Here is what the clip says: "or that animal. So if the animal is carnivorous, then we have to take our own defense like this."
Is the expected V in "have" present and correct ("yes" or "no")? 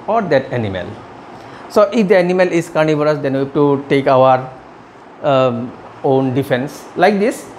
no